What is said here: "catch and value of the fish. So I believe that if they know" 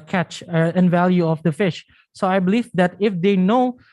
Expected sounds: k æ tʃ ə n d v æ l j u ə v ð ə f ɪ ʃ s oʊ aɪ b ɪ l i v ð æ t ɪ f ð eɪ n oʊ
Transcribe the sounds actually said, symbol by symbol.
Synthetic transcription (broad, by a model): k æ tʃ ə n v æ l j u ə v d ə f ɪ ʃ s oʊ aɪ b ɪ l i v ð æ t ɪ f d eɪ n oʊ